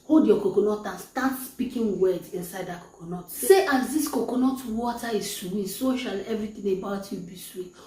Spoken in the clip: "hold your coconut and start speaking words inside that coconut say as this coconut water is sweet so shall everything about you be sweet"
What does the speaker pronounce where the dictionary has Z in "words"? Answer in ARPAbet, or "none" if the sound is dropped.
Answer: none